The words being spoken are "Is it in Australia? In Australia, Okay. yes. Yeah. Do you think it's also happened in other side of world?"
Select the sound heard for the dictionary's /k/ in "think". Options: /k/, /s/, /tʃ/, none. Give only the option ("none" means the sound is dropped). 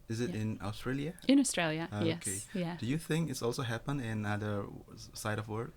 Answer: /k/